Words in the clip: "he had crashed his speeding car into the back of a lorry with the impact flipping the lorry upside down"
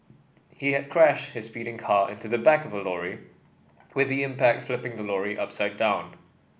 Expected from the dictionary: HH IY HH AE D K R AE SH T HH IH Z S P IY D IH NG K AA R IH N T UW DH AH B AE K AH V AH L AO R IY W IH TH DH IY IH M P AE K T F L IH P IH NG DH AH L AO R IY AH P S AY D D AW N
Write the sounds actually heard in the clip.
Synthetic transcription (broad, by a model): HH IY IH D K R AE SH T HH IH Z S P IY D IH NG K AA R IH N T UW DH AH B AE K AH V AH L AO R IY W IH DH IY IH M P AE K T F L IH P IH NG DH AH L AO R IY AH P S AY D D AW N